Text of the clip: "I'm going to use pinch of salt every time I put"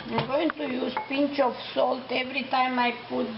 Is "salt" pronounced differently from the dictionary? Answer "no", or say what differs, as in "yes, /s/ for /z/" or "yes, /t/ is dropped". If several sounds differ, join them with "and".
no